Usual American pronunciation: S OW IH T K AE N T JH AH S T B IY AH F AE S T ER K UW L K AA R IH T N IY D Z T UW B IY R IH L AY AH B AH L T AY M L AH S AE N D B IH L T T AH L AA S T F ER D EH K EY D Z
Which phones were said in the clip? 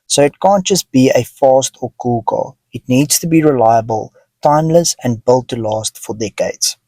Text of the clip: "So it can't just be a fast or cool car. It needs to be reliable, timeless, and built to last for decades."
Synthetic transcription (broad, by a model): S OW IH T K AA N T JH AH S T B IY AH F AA S T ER K UW L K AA IH T N IY D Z T UW B IY R IH L AY AH B AH L T AY M L AH S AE N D B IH L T T AH L AA S T F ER D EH K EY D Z